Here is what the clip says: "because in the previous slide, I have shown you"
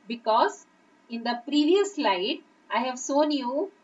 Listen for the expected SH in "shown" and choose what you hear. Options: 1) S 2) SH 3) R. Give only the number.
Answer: 1